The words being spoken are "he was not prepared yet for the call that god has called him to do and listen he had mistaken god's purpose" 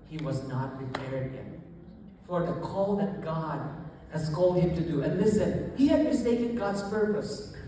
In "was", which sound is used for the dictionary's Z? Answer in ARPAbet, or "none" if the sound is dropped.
Z